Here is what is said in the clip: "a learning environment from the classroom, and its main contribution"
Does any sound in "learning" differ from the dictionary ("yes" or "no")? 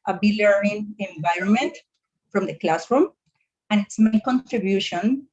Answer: yes